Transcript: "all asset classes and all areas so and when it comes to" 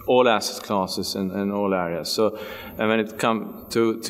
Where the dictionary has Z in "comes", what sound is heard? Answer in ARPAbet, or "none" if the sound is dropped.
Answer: none